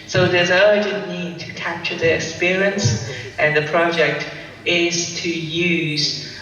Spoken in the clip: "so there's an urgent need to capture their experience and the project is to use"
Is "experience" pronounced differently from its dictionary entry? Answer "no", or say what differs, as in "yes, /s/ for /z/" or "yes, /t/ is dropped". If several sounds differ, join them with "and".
no